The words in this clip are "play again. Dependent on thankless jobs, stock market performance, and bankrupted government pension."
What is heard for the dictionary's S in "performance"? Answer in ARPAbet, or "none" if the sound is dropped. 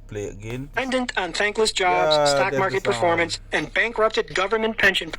S